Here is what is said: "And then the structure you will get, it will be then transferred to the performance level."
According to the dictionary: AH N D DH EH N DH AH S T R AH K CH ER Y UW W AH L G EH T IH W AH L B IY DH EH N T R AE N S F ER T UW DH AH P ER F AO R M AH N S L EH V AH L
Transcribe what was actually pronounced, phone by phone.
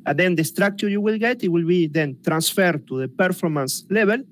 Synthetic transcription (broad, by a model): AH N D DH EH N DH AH S T R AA K CH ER Y UW W AH L G EH T IH W AH L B IY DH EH N T R AE N S F ER T UW DH AH P ER F AO R M AH N S L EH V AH L